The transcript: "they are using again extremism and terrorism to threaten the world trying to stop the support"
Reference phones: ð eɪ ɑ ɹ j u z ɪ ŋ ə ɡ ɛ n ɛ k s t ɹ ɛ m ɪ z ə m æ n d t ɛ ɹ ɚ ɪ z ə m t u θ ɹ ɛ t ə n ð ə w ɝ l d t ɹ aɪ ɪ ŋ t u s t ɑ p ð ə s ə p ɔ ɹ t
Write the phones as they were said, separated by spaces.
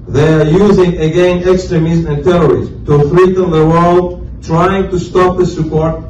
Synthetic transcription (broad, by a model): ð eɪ ɑ ɹ j u z ɪ ŋ ə ɡ ɛ n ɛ k s t ɹ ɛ m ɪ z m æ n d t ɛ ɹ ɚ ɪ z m t u f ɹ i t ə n ð ə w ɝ l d t ɹ aɪ ɪ ŋ t u s t ɑ p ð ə s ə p ɔ ɹ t